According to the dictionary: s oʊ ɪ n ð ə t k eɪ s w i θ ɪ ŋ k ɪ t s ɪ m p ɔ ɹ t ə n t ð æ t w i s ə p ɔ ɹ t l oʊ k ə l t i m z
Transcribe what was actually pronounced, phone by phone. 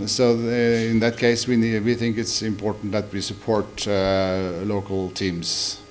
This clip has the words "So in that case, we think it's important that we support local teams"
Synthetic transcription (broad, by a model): s oʊ ɪ n ð ə t k eɪ s w i θ ɪ ŋ k ɪ t s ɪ m p ɔ ɹ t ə n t ð æ t w i s ə p ɔ ɹ t l oʊ k ə l t i m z